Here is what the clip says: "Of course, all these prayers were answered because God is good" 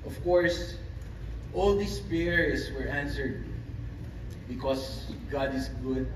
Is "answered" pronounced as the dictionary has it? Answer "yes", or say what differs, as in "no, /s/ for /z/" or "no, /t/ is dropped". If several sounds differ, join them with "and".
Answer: yes